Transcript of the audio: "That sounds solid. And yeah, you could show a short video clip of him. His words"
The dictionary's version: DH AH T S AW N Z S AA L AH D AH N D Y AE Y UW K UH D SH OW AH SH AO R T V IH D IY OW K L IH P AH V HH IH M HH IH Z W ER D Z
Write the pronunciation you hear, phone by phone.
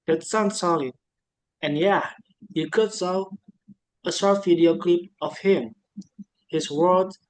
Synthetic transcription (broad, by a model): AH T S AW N S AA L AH AH N Y AE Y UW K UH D S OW AH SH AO R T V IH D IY OW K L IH P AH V HH IH M HH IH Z W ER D